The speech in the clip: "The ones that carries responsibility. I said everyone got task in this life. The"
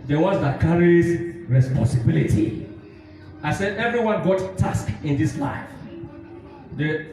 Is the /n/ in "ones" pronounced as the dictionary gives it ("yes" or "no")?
no